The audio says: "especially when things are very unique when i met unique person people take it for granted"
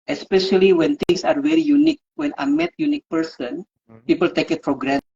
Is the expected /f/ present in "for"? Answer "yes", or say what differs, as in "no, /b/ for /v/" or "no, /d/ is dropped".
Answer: no, /p/ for /f/